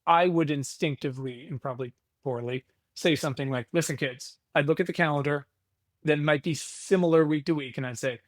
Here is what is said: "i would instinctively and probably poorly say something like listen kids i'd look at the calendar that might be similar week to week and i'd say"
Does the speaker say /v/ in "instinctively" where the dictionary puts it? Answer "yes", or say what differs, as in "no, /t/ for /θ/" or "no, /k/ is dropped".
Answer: yes